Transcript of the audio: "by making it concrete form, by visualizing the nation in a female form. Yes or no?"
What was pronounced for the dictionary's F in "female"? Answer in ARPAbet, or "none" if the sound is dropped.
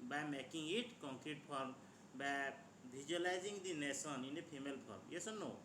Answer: P